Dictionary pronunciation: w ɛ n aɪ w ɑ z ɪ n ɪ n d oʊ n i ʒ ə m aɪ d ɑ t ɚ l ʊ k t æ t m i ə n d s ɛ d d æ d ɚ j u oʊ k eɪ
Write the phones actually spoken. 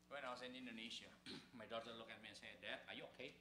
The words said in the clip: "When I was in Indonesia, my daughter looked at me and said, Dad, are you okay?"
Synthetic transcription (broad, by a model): w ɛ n aɪ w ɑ s ɪ n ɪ n d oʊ n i ʃ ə m aɪ d ɑ t ɚ l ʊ k æ t m i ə n s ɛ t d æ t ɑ j u oʊ k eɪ